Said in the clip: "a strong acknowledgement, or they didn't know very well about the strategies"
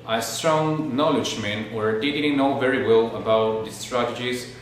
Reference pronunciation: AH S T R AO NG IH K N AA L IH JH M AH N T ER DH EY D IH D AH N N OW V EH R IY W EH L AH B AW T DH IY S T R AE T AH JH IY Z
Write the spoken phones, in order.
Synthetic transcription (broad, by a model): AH S T R AO NG N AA L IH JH M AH N ER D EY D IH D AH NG N OW V EH R IY W EH L AH B AW T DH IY S T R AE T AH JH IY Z